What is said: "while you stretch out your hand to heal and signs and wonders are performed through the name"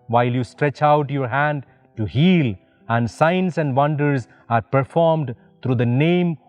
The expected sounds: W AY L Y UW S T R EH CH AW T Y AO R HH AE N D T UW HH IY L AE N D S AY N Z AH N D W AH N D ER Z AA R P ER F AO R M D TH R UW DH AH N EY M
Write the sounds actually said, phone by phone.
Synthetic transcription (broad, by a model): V AY L Y UW S T R EH CH AW T Y AO R HH AE N D T UW HH IY L AE N D S AY N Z AH N D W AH N D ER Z AA R P ER F AO R M D T R UW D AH N EY M